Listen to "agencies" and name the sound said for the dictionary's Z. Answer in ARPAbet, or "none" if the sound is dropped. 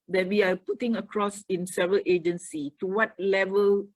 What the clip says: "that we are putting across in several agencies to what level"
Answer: none